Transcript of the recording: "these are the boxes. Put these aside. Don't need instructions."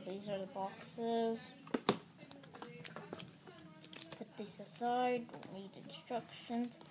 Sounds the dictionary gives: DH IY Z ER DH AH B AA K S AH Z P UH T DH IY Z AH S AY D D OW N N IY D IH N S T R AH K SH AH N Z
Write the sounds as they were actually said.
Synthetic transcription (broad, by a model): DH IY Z ER DH AH B AA K S AH Z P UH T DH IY S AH S AY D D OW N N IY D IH N S T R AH K SH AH N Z